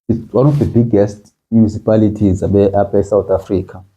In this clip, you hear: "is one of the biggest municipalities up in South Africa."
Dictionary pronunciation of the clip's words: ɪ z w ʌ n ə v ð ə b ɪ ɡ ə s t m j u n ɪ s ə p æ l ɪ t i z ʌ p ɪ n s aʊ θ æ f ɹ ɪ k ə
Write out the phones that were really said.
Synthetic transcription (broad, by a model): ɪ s w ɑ n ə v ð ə b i ɡ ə s t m j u n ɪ s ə p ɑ l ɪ t i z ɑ b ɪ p s aʊ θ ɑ f ɹ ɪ k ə